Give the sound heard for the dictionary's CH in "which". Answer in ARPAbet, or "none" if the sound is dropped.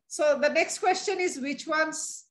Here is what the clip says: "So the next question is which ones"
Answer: CH